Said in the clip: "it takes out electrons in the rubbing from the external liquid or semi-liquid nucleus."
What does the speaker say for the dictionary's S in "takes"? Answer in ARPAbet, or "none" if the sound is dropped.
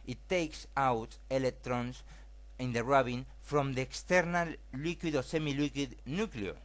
S